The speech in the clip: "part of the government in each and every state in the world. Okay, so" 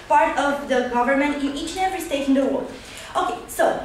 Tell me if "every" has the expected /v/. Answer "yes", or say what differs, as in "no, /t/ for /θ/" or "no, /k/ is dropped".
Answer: no, /v/ is dropped